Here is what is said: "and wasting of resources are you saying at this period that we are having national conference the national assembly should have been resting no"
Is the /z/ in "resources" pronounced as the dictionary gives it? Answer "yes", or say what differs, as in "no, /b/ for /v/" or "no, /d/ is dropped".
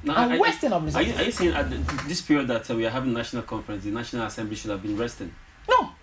no, /z/ is dropped